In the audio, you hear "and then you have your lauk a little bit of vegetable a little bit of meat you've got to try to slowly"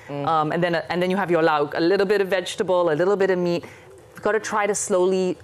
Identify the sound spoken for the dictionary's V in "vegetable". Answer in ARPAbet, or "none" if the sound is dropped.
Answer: V